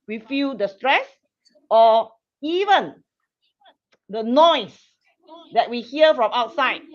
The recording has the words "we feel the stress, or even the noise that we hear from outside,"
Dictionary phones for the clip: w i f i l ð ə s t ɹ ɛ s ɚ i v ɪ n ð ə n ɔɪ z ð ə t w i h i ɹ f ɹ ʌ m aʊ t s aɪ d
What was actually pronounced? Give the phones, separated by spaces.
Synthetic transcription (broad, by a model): w i f i l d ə s t ɹ ɛ s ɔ i v ɪ n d ə n ɔɪ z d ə t w i h i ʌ f ɹ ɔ m aʊ t s aɪ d